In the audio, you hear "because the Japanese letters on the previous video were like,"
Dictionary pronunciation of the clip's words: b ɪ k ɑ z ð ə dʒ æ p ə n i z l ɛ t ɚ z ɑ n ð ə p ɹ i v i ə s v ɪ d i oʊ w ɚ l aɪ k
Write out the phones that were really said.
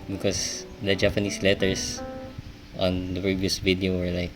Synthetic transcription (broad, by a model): b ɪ k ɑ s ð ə dʒ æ p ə n i s l ɛ t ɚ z ɑ n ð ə p ɹ i v i ə s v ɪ d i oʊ w ɚ l aɪ k